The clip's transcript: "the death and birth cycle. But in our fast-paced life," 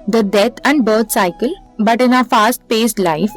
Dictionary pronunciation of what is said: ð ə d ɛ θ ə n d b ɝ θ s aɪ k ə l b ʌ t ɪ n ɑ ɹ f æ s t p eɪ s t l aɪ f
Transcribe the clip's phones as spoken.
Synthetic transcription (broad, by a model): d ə d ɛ t ə n d b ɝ t s aɪ k ə l b ʌ t ɪ n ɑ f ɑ s t p eɪ s t l aɪ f